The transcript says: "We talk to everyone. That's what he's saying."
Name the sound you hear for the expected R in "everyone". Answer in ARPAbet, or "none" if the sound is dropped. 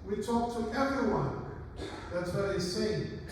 R